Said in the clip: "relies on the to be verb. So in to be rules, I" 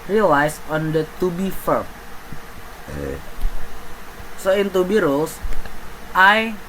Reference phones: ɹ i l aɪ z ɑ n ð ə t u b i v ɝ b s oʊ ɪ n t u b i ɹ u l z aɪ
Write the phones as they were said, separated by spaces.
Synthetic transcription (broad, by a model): ɹ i l aɪ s ɑ n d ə t u b i f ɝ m s oʊ ɪ n t u b i ɹ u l s aɪ